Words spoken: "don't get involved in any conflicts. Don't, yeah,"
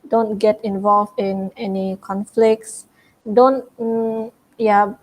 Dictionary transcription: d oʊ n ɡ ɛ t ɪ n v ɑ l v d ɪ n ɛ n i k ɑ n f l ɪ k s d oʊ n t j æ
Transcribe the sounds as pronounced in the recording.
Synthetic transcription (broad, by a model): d oʊ n ɡ ɛ t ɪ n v ɑ l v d ɪ n ɛ n i k ɑ n f l ɪ k s d oʊ n t j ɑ